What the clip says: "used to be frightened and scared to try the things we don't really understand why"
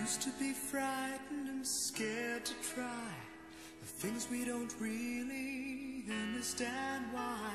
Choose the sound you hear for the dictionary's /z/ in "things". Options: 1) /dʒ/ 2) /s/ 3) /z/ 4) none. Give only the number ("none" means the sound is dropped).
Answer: 3